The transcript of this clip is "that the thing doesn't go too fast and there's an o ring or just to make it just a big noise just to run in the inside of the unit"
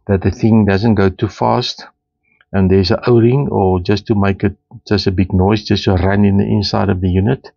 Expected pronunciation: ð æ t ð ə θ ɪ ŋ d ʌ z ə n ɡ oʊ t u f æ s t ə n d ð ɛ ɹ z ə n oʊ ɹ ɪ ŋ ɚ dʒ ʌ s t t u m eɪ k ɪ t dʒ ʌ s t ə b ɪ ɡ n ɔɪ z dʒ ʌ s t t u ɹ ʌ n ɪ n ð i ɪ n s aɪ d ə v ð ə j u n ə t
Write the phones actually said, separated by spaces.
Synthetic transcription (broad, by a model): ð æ t ð ə θ ɪ ŋ d ʌ z ə n ɡ oʊ t u f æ s t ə n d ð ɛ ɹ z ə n oʊ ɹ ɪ ŋ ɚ dʒ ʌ s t t u m eɪ k ɪ t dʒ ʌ s t ə b ɪ ɡ n ɔɪ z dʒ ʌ s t t u ɹ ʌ n ɪ n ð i ɪ n s aɪ d ə v ð ə j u n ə t